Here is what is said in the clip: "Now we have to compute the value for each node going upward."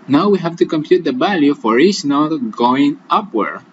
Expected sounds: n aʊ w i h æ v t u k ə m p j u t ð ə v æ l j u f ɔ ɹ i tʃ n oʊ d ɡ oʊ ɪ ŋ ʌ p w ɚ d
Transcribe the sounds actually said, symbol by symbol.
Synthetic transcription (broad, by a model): n aʊ w i h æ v t u k ə m p j u t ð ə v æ l j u f ɔ ɹ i s n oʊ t ɡ oʊ ɪ ŋ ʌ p w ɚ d